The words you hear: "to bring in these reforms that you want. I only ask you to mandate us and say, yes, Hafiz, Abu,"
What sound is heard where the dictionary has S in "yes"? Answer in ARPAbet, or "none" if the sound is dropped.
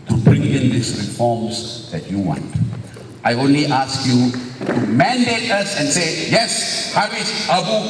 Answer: S